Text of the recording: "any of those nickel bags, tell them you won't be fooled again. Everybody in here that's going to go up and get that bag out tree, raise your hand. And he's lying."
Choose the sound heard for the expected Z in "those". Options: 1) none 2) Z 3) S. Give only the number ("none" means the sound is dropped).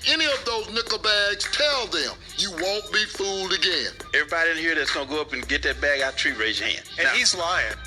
2